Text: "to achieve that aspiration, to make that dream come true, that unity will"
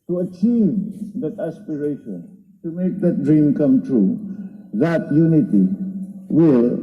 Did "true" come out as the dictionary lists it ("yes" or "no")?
yes